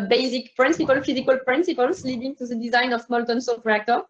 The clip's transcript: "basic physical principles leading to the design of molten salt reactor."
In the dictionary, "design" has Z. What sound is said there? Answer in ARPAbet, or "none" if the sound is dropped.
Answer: Z